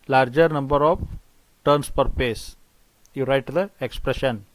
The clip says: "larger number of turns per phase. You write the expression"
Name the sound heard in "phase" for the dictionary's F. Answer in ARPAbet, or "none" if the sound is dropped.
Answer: P